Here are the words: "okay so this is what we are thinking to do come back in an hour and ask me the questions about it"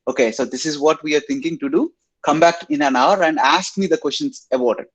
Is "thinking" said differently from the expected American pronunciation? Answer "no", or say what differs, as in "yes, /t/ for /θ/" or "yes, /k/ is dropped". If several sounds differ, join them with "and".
yes, /t/ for /θ/